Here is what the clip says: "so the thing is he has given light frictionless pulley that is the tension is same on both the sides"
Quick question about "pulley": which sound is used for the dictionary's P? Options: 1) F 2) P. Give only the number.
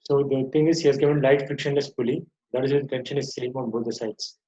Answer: 1